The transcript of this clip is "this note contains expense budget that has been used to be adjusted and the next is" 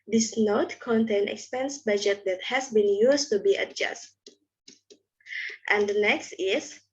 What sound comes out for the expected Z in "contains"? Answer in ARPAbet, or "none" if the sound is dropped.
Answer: none